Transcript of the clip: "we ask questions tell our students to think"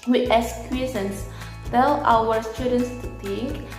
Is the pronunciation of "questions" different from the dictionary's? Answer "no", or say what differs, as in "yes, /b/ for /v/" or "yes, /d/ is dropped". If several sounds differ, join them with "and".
yes, /tʃ/ is dropped and /s/ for /z/